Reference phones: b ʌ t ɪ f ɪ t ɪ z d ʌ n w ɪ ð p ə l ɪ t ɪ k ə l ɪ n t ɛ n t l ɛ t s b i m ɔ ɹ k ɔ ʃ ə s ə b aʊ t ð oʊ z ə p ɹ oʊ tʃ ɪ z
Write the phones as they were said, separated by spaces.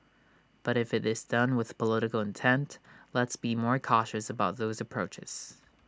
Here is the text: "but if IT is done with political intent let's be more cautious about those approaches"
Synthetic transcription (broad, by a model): b ʌ t ɪ f ɪ t ɪ z d ʌ n w ɪ ð p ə l ɪ t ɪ k l ɪ n t ɛ n t l ɛ t s b i m ɔ ɹ k ɔ ʃ ə s ə b aʊ t ð oʊ z ə p ɹ oʊ tʃ ɪ z